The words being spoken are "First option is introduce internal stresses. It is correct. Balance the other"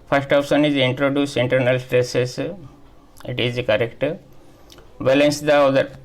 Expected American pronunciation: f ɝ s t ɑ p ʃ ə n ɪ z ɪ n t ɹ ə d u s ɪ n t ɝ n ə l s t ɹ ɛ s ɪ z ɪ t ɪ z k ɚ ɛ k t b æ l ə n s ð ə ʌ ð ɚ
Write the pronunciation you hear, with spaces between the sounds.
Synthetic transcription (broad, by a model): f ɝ s t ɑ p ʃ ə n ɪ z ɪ n t ɹ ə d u s ɪ n t ɝ n ə l s t ɹ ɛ s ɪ s ɪ t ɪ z k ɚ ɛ k t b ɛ l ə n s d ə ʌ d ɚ